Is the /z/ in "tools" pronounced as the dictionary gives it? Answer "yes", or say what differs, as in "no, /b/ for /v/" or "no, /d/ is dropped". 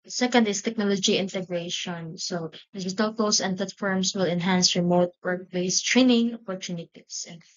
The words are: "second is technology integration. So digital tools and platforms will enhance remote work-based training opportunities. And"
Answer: no, /s/ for /z/